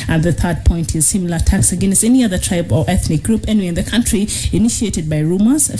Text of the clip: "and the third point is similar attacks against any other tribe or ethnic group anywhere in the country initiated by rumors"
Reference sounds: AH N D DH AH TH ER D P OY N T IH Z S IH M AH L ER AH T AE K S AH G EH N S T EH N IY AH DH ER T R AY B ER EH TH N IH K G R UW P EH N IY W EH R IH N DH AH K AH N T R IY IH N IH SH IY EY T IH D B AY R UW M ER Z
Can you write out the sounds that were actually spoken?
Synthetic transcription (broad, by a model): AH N DH AH TH ER D P OY N T IH Z S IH M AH L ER AH T AE K S AH G EH N S T EH N IY AH DH ER T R AY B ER EH TH N IH K G R UW P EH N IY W IH N DH AH K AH N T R IY IH N IH SH IY EY T IH D B AY R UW M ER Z